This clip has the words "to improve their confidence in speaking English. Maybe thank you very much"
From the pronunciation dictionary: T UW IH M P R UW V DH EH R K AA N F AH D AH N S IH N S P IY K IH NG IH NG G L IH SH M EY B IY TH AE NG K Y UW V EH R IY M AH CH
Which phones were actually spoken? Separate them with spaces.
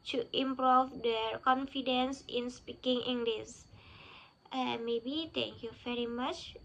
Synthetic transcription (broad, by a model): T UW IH M P R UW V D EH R K AA N F AH D AH N S IH N S P IY K IH NG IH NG G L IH S M EY B IY T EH NG K Y UW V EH R IY M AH CH